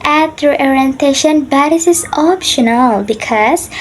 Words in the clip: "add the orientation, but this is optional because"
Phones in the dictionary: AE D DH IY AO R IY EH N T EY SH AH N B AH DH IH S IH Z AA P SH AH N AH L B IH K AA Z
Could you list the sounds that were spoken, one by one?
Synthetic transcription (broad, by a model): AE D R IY AO R IY EH N T EY SH AH N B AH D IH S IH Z AA P SH AH N AH L B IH K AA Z